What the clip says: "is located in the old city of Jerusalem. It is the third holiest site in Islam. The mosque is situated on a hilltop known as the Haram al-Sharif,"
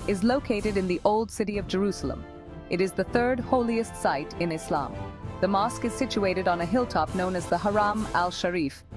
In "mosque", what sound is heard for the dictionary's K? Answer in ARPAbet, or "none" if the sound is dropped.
K